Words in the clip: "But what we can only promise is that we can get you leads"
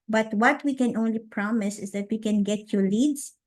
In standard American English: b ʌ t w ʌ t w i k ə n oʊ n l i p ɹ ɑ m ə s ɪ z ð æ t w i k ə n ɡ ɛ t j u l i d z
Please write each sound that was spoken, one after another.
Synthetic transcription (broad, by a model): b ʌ t w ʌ t w i k ə n oʊ n l i p ɹ ɑ m ə s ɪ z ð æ t w i k ə n ɡ ɛ t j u l i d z